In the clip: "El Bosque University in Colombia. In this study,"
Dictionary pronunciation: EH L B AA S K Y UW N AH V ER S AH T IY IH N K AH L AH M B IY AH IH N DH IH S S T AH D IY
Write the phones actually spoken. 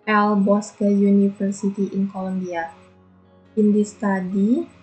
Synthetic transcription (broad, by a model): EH L B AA S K Y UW N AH F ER S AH T IY IH N K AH L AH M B IY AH IH N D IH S S T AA D IY